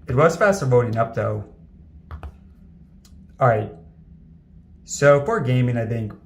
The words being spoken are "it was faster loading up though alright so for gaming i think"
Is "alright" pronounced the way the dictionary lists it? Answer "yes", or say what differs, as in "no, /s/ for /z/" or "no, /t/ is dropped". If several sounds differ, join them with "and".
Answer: no, /l/ is dropped